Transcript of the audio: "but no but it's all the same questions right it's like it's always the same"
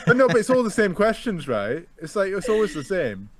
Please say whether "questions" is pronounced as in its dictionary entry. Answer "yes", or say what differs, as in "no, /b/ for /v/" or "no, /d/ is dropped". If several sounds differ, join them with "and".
yes